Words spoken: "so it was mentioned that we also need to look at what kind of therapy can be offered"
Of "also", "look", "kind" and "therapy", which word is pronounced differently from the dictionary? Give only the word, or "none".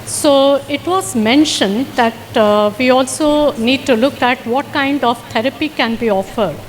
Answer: therapy